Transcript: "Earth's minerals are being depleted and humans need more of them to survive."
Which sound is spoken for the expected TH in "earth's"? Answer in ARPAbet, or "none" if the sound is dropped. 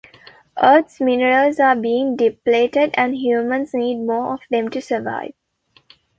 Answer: T